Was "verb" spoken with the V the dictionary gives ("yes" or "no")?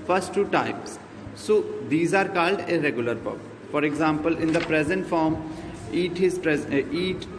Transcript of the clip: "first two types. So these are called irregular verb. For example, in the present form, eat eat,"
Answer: no